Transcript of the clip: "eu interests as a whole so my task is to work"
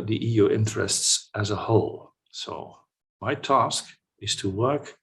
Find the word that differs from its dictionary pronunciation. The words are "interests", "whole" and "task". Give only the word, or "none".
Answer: none